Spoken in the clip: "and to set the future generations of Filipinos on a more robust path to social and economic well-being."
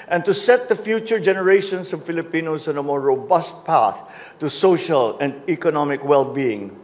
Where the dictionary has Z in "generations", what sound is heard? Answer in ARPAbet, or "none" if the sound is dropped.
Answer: S